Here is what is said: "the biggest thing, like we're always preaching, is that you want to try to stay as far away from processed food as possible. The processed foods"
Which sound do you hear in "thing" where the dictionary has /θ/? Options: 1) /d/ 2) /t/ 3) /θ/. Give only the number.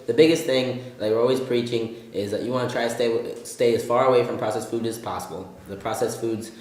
3